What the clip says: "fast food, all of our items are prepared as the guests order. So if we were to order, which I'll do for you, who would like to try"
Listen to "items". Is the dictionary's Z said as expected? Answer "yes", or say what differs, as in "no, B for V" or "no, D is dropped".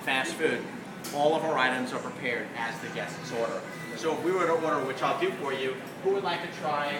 yes